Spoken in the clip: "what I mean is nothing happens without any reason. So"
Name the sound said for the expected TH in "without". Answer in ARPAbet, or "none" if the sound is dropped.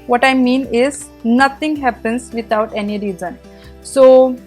T